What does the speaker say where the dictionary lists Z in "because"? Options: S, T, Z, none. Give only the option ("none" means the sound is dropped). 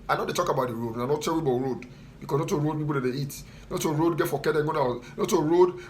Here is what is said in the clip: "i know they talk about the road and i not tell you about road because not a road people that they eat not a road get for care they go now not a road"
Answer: S